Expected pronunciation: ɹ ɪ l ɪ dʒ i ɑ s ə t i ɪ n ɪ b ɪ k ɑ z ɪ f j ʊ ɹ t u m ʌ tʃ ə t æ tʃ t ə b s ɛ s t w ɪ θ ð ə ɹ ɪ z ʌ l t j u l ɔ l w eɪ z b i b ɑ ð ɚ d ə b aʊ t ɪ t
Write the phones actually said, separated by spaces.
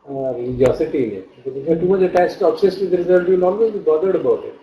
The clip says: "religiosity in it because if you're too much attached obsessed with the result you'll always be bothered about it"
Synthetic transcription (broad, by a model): ɹ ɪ l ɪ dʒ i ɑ s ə t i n ɪ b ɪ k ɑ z ɪ f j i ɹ t u m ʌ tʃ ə t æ s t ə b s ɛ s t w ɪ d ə ɹ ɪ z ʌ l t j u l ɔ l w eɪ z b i b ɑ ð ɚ d ə b aʊ t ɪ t